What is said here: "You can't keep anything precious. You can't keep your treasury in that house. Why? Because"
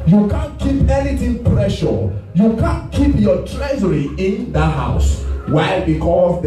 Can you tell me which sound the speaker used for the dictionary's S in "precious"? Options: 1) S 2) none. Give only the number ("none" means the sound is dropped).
2